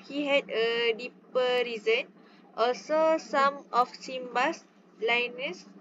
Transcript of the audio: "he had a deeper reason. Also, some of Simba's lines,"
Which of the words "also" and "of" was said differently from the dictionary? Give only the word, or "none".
of